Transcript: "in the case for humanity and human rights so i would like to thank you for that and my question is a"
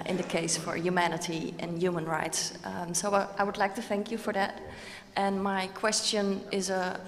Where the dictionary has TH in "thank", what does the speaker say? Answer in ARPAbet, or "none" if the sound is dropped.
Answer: TH